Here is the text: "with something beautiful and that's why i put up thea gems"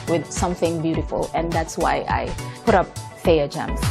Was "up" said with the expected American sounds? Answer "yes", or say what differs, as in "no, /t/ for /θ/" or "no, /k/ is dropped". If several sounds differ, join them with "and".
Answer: yes